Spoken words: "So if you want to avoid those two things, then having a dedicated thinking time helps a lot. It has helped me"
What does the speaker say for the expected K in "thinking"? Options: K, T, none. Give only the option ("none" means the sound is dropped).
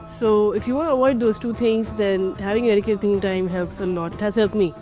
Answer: none